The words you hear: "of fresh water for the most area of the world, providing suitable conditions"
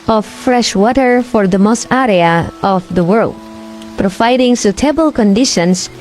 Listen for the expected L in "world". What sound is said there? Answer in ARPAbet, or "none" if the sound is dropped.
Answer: L